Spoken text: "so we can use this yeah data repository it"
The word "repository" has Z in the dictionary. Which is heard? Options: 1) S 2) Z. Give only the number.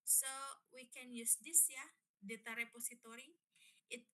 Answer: 1